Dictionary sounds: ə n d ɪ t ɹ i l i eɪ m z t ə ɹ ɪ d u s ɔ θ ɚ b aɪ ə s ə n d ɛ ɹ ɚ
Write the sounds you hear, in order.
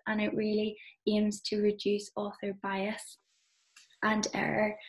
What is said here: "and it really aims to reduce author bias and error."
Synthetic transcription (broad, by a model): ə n ɪ t ɹ i l i eɪ m z t ə ɹ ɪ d u s ɔ θ ɚ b aɪ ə s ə n ɛ ɹ ɚ